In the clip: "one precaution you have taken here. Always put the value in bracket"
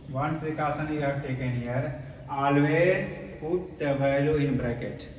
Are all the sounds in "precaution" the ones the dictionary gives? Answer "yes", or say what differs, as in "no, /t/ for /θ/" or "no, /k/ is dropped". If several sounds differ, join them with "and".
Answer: no, /s/ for /ʃ/